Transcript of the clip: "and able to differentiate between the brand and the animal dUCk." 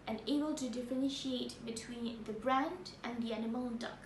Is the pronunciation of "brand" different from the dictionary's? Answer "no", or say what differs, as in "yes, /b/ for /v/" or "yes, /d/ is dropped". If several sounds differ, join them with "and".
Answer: no